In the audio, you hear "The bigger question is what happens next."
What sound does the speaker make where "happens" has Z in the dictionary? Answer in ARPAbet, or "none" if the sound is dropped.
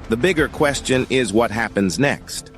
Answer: Z